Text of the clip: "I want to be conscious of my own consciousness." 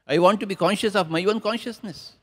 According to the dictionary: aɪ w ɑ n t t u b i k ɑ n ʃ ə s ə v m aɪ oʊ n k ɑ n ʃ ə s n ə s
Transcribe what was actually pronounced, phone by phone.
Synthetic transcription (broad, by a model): aɪ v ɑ n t t u b i k ɑ n ʃ ə s ə v m aɪ oʊ n k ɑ n ʃ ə s n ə s